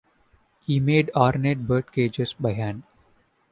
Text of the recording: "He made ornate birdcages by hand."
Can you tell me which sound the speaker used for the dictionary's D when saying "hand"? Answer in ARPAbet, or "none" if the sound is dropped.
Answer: none